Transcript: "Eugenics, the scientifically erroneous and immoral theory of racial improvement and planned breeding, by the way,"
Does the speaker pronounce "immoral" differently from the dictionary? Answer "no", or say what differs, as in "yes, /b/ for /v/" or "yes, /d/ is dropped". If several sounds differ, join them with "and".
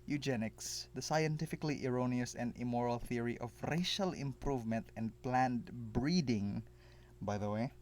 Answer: no